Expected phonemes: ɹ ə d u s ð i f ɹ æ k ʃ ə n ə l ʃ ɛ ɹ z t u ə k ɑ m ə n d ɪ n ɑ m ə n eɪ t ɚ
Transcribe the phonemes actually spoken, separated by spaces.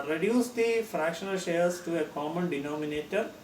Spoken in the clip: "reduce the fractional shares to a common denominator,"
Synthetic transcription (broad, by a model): ɹ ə d u s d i f ɹ æ k ʃ ə n ə l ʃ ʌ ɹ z t u ə k ɑ m ə n d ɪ n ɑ m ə n eɪ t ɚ